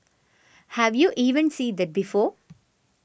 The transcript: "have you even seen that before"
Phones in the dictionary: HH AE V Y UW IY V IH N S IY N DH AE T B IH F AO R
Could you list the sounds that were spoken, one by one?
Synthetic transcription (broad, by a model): HH AE V Y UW IY V IH N S IY N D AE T B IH F AO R